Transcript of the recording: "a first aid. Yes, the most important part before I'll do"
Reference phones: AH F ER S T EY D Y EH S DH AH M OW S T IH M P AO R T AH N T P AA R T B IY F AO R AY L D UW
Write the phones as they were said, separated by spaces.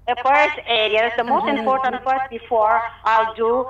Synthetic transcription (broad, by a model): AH F ER S T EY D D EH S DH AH M OW S T IH M P AO R T AH N T F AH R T B IY F AO R AY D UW